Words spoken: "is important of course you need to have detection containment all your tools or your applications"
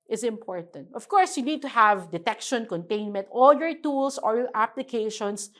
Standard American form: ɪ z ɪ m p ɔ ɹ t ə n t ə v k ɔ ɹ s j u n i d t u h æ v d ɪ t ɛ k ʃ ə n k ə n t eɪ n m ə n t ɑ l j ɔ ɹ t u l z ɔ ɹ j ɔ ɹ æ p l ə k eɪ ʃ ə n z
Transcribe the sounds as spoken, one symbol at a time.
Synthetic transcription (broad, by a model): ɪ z ɪ m p ɔ ɹ t ə n t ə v k ɔ ɹ s j u n i d t u h æ v d ɪ t ɛ k ʃ ə n k ə n t eɪ n m ə n t ɑ l j ɔ ɹ t u l s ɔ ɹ j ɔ ɹ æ p l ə k eɪ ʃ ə n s